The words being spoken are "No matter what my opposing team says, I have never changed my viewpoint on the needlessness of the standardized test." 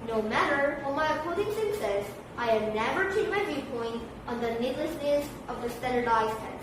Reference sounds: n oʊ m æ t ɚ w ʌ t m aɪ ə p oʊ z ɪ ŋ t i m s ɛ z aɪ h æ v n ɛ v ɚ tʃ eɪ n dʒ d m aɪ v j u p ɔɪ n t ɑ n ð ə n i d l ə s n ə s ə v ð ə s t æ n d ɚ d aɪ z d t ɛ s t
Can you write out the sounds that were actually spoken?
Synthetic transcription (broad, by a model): n oʊ m æ t ɚ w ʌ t m aɪ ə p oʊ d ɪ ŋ s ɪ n s ɛ z aɪ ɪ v n ɛ v ɚ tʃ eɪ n m aɪ v j u p ɔɪ n t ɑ n ð ə n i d l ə s n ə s ə v ð ə s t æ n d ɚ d aɪ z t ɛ